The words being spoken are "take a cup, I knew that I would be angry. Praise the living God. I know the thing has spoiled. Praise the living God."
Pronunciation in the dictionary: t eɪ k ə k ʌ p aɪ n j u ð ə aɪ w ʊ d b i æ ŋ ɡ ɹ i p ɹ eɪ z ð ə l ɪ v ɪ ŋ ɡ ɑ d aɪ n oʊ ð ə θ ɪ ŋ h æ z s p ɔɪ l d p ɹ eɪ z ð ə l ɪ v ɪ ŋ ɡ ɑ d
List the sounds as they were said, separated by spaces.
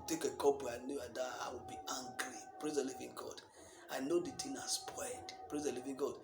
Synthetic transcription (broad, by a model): t eɪ k ə k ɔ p aɪ n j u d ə aɪ w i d b i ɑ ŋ ɡ ɹ i p ɹ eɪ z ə l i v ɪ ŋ ɡ ɑ d aɪ n oʊ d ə t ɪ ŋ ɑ s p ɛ d p ɹ eɪ z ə l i v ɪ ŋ ɡ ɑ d